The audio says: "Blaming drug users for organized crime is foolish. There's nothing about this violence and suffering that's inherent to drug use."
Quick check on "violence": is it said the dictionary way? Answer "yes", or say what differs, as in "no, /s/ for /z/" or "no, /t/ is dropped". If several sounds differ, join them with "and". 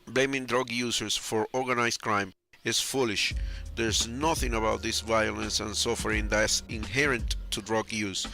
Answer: yes